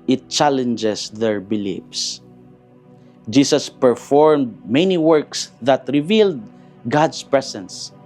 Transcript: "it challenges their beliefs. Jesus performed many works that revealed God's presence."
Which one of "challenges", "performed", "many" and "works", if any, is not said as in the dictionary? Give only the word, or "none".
challenges